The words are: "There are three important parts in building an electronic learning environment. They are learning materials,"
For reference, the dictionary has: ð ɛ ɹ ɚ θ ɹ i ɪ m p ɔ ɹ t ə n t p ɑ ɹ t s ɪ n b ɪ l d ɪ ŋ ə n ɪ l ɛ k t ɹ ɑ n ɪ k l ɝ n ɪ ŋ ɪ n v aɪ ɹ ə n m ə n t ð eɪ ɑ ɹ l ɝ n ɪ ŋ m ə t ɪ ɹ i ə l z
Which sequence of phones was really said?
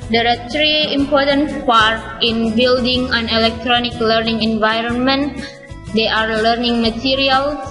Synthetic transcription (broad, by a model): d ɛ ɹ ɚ t ɹ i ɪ m p ɔ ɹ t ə n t p ɑ ɹ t ɪ n b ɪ l d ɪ ŋ ə n ɪ l ɛ k t ɹ ɑ n ɪ k l ɝ n ɪ ŋ ɪ n v aɪ ɹ ə n m ə n t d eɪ ɑ ɹ l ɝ n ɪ ŋ m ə t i ɹ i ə l